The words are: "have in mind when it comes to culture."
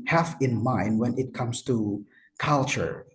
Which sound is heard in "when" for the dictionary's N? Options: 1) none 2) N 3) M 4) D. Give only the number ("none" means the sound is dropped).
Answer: 2